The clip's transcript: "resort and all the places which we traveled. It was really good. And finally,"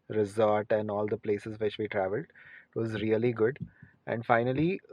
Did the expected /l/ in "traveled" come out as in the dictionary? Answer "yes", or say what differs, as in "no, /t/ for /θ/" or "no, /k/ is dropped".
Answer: yes